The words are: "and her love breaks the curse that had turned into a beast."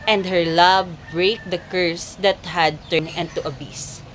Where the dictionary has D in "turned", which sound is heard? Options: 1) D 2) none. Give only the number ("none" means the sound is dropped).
2